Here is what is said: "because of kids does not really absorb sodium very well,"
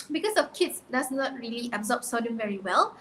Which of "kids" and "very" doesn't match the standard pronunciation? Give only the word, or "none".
kids